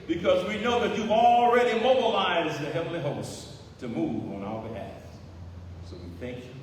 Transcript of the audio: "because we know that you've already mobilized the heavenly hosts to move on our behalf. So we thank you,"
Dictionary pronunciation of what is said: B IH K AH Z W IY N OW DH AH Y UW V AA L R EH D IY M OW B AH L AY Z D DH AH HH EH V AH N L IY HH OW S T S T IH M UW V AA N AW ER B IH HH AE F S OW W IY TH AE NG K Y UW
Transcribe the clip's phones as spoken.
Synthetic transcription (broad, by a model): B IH K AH Z W IY N OW DH AH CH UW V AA L R EH D IY M OW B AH L AY Z DH AH HH EH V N L IY HH OW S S T IH M UW V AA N AW ER B IH HH AE F S OW W IY TH AE NG K Y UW